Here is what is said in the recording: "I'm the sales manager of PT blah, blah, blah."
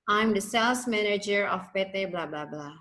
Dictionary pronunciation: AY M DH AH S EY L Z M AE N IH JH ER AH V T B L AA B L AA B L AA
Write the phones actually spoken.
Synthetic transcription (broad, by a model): AY M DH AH S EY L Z M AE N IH JH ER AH P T B L AA B L AA B L AA